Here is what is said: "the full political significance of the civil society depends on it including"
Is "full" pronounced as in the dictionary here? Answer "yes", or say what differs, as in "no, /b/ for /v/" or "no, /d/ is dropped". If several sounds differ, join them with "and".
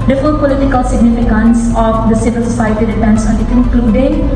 no, /n/ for /l/